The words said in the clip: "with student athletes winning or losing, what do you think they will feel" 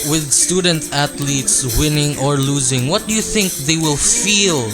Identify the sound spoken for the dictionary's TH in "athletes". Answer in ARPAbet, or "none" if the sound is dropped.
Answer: T